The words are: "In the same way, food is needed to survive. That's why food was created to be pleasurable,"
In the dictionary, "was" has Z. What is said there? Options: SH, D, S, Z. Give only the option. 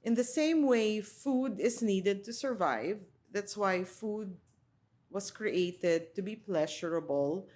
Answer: S